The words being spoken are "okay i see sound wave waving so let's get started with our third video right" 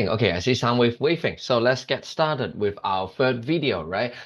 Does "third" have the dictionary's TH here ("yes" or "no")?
no